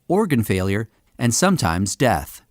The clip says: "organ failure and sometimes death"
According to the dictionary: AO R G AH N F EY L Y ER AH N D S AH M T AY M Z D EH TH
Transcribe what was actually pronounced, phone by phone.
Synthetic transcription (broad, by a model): AO R G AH N F EY L Y ER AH N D S AH M T AY M Z D EH TH